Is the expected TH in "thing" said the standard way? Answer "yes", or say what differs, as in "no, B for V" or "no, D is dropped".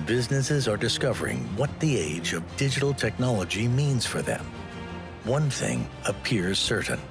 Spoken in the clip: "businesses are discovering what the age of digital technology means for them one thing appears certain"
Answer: yes